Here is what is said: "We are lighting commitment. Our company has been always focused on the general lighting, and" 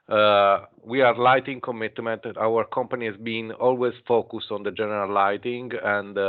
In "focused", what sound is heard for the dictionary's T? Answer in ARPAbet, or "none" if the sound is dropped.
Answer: T